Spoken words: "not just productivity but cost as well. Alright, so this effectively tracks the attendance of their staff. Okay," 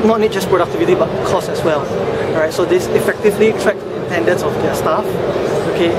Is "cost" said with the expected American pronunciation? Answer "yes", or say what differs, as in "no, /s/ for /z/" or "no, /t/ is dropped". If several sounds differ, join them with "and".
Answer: no, /t/ is dropped